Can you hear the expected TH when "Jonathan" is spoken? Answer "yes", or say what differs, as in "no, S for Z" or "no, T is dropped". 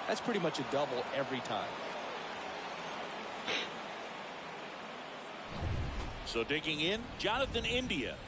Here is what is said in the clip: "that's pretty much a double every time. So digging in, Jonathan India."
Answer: yes